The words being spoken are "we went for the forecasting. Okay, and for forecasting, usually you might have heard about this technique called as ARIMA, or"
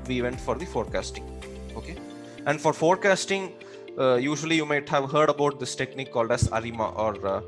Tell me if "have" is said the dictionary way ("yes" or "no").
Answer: yes